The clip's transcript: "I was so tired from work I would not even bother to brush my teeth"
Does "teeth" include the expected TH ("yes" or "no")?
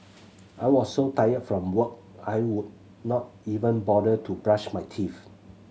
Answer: no